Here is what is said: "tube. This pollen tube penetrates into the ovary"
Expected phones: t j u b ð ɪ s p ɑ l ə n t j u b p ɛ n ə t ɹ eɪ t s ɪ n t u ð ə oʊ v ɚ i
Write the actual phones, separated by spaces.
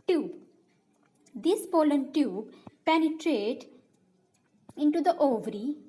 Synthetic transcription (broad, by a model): t j u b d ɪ s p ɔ l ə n t j u b p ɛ n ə t ɹ eɪ t ɪ n t u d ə oʊ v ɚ i